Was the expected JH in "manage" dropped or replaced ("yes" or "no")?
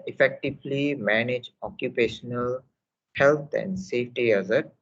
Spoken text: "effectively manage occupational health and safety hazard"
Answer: no